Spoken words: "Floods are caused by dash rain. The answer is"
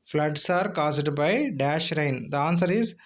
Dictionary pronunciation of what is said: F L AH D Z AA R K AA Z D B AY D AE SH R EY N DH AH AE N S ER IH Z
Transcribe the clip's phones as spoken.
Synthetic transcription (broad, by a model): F L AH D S AA R K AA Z D B AY D AE SH R EY N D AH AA N S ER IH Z